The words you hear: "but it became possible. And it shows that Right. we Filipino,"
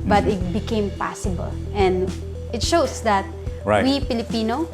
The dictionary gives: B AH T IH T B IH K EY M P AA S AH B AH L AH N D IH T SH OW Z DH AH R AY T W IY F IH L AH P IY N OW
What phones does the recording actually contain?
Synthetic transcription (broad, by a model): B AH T IH T B IH K EY M P AA S AH B AH L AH N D IH T SH OW S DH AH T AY W IY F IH L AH P IY N OW